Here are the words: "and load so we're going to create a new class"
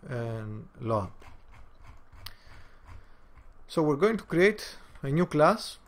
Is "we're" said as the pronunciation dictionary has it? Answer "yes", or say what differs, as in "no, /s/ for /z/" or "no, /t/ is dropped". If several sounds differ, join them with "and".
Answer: yes